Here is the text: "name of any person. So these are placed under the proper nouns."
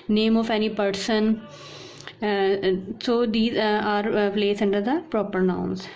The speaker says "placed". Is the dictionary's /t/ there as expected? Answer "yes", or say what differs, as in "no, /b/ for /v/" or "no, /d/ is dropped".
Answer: no, /t/ is dropped